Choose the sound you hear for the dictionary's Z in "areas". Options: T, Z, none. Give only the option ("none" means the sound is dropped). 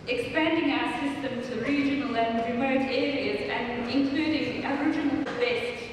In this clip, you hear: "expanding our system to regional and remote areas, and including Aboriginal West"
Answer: Z